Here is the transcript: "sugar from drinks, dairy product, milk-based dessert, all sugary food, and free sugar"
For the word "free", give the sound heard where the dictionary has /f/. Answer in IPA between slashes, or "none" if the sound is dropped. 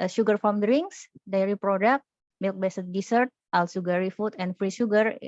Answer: /f/